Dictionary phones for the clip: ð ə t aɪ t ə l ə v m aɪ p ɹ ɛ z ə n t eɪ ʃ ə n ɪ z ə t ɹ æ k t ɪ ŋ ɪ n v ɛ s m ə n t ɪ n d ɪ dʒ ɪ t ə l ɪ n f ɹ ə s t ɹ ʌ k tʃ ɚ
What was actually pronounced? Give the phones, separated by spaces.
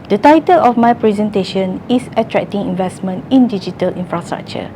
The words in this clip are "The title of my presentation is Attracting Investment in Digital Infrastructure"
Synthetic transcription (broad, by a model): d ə t aɪ t ə l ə f m aɪ p ɹ ɛ z ə n t eɪ ʃ ə n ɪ s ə t ɹ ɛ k t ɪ ŋ ɪ n v ɛ s m ə n t ɪ n d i dʒ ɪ t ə l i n f ɹ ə s t ɹ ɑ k tʃ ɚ